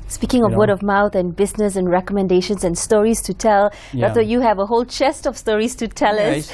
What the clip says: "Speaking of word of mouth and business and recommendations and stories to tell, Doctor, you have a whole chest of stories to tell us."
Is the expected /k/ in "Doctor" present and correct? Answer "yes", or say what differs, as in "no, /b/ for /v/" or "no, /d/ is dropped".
no, /k/ is dropped